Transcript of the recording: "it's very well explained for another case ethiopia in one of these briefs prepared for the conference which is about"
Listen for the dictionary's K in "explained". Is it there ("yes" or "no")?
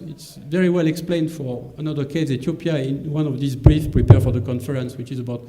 yes